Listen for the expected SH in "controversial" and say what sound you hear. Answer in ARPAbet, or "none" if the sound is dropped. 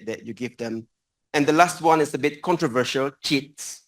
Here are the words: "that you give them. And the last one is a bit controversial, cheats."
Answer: SH